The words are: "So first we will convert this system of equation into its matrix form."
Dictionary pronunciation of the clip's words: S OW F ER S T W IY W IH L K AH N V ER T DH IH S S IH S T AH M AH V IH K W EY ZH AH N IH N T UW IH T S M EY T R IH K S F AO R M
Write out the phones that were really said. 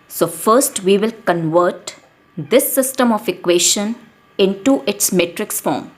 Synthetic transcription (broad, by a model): S OW F ER S T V IY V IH L K AH N V ER T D IH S S IH S T AH M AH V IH K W EY SH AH N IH N T UW IH T S M EY T R IH K S F AO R M